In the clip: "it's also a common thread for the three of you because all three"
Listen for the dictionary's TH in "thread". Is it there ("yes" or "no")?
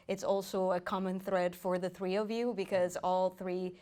yes